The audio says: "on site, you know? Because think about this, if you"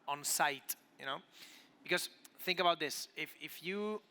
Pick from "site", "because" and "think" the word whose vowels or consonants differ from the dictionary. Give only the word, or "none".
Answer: none